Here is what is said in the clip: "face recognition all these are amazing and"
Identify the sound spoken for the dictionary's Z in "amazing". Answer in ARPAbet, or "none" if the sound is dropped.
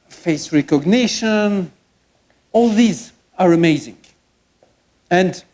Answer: Z